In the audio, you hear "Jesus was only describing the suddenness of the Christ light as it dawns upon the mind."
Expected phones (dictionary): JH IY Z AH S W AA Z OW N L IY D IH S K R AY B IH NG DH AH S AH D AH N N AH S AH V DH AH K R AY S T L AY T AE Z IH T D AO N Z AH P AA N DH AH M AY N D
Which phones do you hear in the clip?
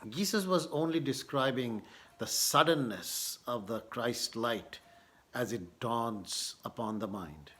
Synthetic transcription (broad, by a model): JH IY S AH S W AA Z OW N L IY D IH S K R AY B IH NG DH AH S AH D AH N N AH S AH V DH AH K R AY S T L AY T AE Z IH T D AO N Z AH P AA N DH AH M AY N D